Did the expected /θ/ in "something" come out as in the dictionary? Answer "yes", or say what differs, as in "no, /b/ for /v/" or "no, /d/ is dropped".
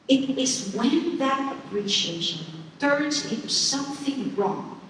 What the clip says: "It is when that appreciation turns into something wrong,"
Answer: yes